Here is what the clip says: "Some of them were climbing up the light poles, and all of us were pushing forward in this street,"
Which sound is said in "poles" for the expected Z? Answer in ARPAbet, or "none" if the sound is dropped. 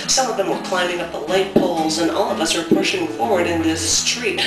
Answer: Z